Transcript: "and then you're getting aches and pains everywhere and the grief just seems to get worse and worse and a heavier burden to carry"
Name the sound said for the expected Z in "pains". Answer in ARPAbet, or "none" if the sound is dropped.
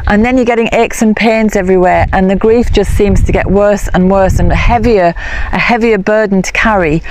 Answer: Z